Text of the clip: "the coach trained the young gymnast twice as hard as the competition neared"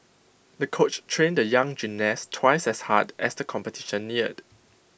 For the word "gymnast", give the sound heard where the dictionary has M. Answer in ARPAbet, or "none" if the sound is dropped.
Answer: none